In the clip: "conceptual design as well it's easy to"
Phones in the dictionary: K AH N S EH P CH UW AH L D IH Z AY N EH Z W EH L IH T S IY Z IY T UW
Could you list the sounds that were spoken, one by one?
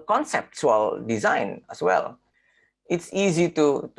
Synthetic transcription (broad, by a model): K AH N S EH P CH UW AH L D IH Z AY N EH S W EH L IH T S IY Z IY T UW